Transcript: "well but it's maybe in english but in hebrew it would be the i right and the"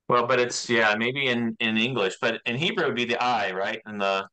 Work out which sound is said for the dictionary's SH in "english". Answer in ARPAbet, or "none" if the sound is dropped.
SH